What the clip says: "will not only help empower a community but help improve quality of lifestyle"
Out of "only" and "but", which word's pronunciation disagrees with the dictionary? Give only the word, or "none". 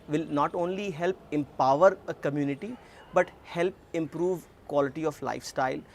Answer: none